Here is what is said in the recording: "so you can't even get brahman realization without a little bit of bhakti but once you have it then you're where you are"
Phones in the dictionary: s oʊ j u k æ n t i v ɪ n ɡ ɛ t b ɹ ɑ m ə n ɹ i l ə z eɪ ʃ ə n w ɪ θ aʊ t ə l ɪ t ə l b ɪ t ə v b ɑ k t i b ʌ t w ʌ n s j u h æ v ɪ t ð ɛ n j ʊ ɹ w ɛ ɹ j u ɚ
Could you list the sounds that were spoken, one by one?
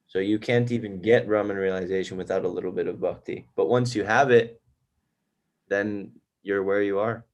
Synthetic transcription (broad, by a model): s oʊ j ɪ k æ n t i v ɪ n ɡ ɛ t ɹ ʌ m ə n ɹ i l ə z eɪ ʃ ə n w ɪ θ aʊ t ə l ɪ t l b ɪ t ə v b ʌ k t i b ʌ t w ʌ n s j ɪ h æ v ɪ t ð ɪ n j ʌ ɹ w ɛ ɹ j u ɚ